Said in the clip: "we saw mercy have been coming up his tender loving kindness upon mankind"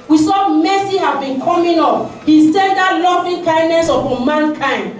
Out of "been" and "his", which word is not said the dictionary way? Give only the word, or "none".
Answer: his